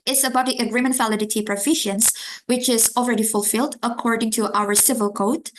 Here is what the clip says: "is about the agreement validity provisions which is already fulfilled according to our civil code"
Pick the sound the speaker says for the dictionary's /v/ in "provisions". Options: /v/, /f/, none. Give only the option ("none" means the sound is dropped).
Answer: /f/